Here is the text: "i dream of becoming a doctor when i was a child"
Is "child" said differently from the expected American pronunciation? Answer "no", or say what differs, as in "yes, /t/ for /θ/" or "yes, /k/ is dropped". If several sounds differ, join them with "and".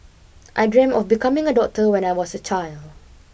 no